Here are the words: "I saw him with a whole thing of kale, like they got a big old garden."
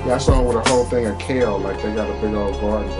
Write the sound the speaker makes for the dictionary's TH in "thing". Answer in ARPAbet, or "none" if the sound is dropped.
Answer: TH